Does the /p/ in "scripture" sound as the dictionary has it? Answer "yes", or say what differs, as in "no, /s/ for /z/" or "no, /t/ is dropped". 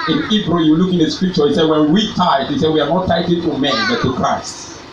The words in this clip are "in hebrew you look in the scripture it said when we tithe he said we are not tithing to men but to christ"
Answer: yes